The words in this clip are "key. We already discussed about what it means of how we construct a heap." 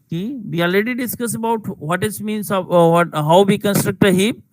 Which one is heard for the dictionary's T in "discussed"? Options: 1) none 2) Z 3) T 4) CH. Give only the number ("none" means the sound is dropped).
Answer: 1